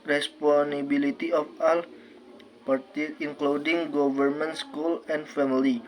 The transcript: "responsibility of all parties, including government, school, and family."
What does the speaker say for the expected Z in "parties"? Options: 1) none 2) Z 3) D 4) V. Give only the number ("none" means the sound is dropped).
1